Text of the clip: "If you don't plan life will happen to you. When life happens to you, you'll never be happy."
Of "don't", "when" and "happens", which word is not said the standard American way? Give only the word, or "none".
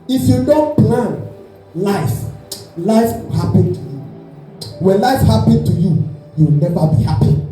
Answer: happens